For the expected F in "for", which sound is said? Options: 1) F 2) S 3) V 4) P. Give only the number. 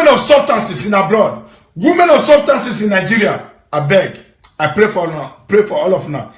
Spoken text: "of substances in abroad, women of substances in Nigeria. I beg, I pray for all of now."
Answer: 4